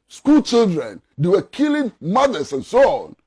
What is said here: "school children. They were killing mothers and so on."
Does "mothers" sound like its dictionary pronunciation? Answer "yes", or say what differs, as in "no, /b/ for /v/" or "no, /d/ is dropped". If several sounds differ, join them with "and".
no, /s/ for /z/